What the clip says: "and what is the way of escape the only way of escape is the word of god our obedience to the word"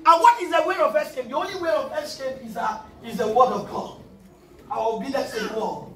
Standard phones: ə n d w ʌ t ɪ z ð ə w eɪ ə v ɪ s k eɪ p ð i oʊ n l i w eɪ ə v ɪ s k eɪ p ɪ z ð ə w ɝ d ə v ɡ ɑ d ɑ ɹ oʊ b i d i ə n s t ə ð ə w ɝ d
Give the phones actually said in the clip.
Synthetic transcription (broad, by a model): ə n w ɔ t ɪ z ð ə w eɪ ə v ɪ s k eɪ p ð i oʊ n l i w eɪ ə v ɪ s k eɪ p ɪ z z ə w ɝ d ə v ɡ ɑ d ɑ w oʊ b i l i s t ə w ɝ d